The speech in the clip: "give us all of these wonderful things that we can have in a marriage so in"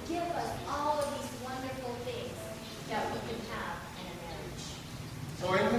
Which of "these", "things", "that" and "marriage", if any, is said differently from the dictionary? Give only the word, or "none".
none